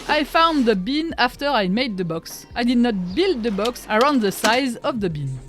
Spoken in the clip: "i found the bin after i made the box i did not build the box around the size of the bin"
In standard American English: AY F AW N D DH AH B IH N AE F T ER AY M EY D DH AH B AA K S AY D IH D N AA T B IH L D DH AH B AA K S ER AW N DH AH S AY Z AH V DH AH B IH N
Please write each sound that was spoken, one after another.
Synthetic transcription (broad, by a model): AY F AW N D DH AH B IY N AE F T ER AY M EY D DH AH B AA K S AY D IH D N AA T B IH L D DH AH B AA K S ER AW N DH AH S AY Z AH V DH AH B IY N